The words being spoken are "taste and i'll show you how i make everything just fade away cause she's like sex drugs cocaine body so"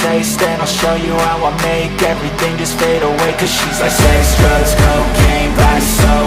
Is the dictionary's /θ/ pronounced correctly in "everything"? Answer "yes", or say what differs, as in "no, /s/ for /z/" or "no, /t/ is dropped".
yes